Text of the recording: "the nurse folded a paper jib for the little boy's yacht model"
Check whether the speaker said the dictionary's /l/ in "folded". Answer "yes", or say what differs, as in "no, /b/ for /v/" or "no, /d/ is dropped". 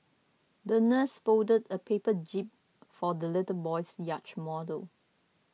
no, /l/ is dropped